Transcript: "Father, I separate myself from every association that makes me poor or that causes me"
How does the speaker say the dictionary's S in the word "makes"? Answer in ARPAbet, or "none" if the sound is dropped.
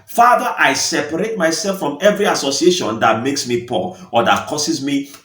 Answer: S